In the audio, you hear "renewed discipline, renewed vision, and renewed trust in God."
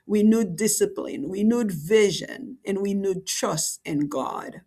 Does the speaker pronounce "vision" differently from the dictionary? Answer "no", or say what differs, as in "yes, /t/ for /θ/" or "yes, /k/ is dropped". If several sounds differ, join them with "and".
no